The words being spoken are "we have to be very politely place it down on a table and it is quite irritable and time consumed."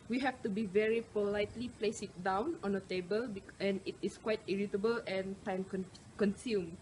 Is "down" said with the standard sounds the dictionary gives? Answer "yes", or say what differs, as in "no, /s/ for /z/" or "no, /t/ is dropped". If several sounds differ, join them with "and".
yes